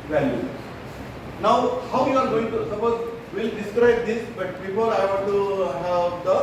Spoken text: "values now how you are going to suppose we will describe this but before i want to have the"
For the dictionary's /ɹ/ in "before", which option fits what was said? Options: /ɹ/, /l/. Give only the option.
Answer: /l/